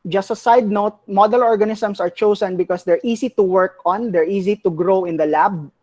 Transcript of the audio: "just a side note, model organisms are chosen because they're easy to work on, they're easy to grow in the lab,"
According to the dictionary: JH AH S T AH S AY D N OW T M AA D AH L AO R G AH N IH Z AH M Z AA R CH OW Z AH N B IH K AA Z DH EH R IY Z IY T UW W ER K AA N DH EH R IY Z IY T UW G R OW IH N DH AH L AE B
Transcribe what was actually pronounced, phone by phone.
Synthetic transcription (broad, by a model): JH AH S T AH S AY D N OW T M AA D AH L AO R G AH N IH S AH M S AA R CH OW S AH N B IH K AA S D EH R IY S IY T UW W ER K AA N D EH R IY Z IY T UW G R OW IH N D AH L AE B